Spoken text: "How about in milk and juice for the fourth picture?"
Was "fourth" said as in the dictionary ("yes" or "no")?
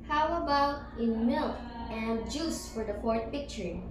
no